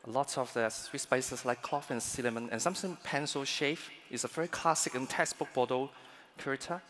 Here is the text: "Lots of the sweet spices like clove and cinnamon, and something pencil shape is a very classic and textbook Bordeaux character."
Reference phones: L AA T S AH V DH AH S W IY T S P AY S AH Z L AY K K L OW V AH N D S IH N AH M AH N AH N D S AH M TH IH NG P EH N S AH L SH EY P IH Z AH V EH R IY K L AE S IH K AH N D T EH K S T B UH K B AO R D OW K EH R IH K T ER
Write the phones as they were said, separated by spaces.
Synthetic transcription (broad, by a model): L AA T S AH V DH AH S W IY T S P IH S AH S L AY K K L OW F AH N S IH L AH M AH N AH N S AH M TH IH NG P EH N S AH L SH EY F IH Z AH V EH R IY K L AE S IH K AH N T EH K S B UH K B AO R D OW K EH R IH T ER